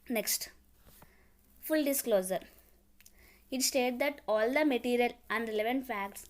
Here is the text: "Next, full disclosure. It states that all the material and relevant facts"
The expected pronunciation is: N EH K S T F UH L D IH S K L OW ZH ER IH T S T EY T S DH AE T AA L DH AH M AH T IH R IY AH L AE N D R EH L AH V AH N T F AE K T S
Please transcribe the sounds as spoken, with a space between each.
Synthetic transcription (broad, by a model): N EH K S T F UH L D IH S K L OW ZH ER IH T S T EY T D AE T AA L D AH M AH T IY R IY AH L AE N D R EH L AH V AH N T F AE K T S